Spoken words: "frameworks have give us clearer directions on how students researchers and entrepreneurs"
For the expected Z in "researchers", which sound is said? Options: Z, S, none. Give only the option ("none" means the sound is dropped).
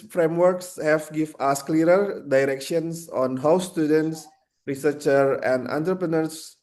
none